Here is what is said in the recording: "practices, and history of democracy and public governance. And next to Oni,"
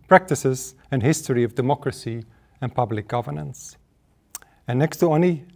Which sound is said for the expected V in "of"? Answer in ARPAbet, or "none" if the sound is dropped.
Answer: V